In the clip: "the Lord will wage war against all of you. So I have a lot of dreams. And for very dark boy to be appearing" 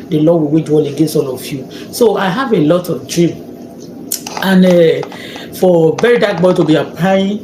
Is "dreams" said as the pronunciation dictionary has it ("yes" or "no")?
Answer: no